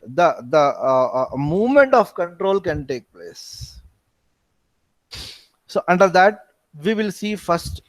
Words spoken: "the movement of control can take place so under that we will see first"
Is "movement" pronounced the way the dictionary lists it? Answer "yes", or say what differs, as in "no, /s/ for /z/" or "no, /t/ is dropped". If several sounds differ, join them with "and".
yes